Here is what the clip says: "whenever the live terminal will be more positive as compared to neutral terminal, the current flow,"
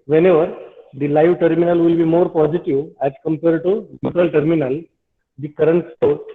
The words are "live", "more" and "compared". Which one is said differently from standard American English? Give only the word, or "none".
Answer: none